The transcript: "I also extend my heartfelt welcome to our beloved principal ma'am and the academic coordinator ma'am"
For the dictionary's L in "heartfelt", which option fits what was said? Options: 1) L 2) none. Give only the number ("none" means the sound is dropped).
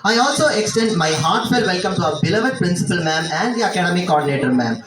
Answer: 2